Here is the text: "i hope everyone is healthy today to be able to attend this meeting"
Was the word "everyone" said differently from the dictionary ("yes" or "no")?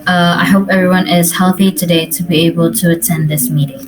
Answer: no